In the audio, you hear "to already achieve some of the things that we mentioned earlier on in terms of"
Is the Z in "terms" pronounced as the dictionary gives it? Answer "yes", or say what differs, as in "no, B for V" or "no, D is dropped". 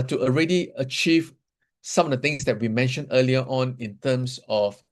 no, S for Z